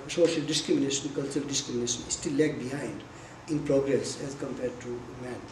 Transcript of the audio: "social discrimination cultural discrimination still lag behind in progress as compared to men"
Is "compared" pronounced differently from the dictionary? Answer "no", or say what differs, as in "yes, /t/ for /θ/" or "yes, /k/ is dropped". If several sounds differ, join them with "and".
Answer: no